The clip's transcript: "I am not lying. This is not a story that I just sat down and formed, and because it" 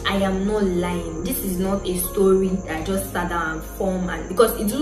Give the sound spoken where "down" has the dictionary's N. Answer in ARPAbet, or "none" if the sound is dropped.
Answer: none